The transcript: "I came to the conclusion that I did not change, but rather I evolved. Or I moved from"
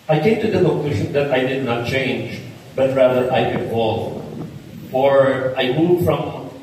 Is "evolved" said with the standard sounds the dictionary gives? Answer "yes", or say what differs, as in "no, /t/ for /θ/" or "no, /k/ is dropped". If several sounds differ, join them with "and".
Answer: no, /d/ is dropped